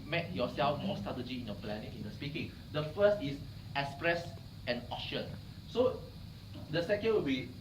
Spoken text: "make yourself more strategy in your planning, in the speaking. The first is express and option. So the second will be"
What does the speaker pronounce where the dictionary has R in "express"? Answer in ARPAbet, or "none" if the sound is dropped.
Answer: R